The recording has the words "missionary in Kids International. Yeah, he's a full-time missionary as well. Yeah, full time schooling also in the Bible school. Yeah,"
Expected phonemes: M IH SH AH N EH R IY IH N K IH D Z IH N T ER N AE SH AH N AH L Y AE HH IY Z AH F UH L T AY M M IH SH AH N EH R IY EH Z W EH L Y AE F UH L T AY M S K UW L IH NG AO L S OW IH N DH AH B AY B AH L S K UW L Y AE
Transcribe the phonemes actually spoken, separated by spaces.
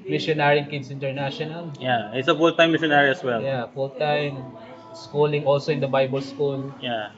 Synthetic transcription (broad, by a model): M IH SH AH N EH R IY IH K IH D S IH N T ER N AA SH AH N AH L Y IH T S AH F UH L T AY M M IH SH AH N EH R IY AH S W EH L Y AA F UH L T AY M S K UW L IH NG AO L S OW IH N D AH B AY B AH L S K UW L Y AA